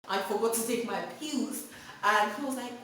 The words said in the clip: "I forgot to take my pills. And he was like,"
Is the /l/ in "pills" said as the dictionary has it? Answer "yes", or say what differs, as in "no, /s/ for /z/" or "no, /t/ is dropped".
no, /l/ is dropped